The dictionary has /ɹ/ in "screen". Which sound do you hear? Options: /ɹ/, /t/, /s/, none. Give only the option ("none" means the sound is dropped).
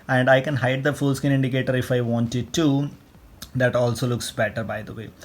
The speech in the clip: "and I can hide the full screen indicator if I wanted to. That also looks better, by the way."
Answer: none